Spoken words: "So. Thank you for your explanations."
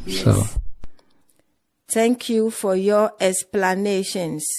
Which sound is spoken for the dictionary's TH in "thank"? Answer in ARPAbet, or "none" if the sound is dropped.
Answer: T